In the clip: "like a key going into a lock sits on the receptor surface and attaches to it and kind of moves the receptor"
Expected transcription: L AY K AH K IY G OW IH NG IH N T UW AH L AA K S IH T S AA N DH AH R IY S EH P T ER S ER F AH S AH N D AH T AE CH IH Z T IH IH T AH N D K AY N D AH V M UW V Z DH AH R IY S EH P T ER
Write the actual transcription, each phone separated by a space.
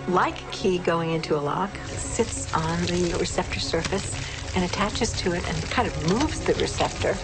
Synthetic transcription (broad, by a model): L AY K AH K IY G OW IH NG IH N T UW AH L AA K S IH T S N DH AH R IY S EH P T ER S ER F AH S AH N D AH T AE CH IH Z T IH IH T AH N K AY N D AH V M UW V Z DH AH R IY S EH P T ER